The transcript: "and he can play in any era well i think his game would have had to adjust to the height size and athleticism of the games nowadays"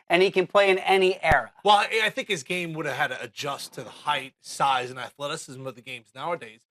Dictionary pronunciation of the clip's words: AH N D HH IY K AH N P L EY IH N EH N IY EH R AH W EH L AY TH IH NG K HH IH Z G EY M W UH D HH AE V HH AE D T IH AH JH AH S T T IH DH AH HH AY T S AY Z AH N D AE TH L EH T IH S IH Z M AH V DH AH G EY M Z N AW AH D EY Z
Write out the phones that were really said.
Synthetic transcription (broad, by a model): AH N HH IY K AH N P L EY IH N EH N IY EH R AH W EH L AY TH IH NG K HH IH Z G EY M W UH D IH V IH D T IH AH JH AH S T T IH DH AH HH AY T S AY Z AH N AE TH L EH T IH S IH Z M AH V DH AH G EY M Z N AW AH D EY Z